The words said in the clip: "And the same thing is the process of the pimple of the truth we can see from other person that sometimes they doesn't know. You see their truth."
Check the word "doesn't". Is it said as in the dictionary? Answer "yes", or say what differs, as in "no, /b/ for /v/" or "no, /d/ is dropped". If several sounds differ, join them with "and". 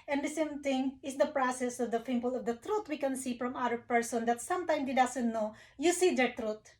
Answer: no, /s/ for /z/